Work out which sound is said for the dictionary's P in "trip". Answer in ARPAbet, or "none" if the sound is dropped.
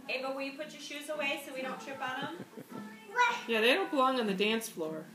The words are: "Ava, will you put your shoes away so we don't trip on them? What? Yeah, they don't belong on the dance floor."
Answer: B